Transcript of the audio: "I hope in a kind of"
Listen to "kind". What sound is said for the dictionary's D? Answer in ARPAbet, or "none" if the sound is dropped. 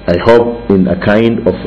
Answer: D